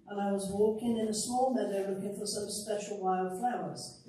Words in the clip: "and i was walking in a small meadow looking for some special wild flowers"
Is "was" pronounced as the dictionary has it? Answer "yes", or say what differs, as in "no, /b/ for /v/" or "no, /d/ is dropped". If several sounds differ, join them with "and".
yes